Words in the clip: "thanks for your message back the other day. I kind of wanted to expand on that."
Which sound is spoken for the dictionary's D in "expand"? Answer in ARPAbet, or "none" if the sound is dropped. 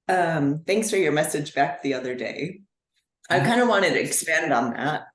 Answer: D